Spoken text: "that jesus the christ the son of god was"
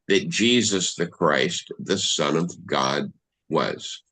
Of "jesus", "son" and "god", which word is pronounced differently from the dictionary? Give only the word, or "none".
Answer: none